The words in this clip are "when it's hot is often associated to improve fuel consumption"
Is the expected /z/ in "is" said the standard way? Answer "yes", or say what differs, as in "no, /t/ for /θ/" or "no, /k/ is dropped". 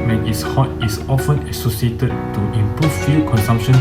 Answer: no, /s/ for /z/